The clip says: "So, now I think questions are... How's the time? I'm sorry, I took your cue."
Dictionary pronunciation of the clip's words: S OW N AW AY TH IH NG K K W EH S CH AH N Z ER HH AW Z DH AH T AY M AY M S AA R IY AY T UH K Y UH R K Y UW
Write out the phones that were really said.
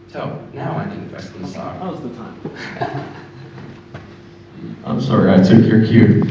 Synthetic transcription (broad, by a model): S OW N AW AY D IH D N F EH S S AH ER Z DH AH T AY M AY M S AA R IY AY T UH K Y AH R K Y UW